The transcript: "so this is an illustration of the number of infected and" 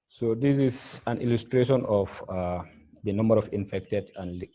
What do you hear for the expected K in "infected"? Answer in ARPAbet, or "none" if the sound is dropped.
K